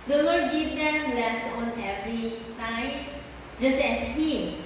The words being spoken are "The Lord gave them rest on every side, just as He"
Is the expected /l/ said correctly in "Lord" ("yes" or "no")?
no